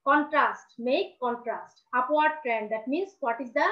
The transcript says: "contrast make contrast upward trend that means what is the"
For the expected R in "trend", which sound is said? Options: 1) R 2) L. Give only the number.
1